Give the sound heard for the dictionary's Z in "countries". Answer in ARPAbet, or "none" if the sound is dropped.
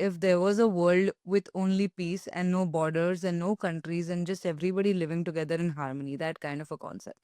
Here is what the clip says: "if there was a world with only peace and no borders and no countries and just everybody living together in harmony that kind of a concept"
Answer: Z